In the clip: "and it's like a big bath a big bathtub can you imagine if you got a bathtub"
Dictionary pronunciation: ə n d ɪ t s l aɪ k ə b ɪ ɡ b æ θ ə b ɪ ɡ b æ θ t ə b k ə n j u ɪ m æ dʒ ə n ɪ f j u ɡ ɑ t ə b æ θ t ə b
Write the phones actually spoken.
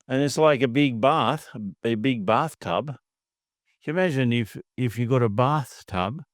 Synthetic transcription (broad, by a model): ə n ɪ t s l aɪ k ə b ɪ ɡ b æ θ ə b ɪ ɡ b æ θ t ə b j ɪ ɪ m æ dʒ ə n ɪ f j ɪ ɡ ɑ t ə b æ θ t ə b